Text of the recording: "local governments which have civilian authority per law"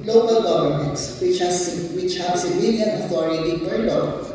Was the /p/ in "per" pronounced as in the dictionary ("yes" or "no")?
no